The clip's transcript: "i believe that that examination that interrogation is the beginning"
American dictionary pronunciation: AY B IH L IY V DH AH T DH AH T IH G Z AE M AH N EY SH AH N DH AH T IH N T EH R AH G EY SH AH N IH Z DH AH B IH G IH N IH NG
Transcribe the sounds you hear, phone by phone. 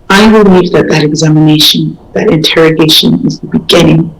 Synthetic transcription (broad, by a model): AY B IH L IY V DH AH T DH AH T IH G Z AE M AH N EY SH AH N DH AH T IH N T EH R AH G EY SH AH N IH Z DH AH B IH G IH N IH NG